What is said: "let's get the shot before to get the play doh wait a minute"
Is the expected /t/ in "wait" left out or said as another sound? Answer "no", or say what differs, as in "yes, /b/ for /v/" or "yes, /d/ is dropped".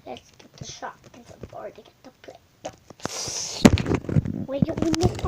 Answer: yes, /t/ is dropped